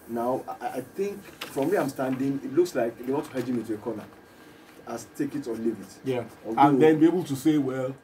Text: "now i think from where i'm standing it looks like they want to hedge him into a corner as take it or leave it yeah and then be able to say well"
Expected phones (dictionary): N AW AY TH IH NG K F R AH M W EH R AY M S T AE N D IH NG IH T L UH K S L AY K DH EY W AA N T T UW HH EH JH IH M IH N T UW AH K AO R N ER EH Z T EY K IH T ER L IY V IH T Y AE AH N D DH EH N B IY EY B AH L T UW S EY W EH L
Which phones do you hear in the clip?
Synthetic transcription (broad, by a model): N AW AY TH IH NG K F R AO M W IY AY M S T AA N D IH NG IH T L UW K S L AY K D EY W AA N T T UW HH EH JH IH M IH N T UW AH K AO N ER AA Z T EY K IH T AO L IY V IH T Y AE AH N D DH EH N B IY EY B AH L T UW S EY W EH L